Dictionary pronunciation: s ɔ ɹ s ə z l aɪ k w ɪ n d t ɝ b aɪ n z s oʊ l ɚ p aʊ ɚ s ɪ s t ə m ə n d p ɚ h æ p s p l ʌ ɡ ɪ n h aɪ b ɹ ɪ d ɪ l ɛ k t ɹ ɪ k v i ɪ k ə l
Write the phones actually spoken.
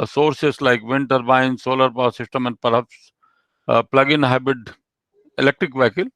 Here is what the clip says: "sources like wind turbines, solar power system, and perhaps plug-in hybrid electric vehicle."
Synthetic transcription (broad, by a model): s ɔ ɹ s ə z l aɪ k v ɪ n t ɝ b aɪ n s oʊ l ɚ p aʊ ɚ s ɪ s t ə m ə n d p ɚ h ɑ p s p l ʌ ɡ ɪ n h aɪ b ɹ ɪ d ɪ l ɛ k t ɹ ɪ k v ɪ k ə l